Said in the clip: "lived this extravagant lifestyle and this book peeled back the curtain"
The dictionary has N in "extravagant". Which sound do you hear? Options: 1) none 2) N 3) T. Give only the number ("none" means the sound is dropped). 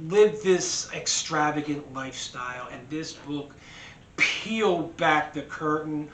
2